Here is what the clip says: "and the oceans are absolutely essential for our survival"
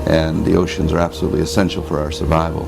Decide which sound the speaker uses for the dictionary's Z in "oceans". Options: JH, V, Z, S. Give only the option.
Z